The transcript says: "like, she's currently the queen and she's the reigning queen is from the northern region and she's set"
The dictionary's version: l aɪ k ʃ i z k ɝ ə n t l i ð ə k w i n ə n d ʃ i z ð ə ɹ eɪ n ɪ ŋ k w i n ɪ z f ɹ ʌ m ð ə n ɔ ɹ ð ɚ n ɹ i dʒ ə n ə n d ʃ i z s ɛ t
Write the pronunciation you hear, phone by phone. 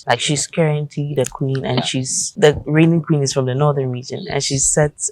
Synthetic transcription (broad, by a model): l aɪ k ʃ i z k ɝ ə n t i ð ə k w i n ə n ʃ i z ð ə ɹ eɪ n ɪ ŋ k w i n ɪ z f ɹ ʌ m ð ə n ɔ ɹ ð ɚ n ɹ i dʒ ə n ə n ʃ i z s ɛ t